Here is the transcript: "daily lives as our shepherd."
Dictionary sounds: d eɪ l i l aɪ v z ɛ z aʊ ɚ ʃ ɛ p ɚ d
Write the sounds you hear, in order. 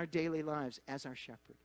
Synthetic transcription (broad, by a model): d eɪ l i l aɪ v z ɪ z aʊ ɚ ʃ ɛ p ɚ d